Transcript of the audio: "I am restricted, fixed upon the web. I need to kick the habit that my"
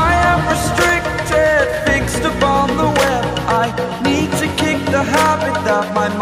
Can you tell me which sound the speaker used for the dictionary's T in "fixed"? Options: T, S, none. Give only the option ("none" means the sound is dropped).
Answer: T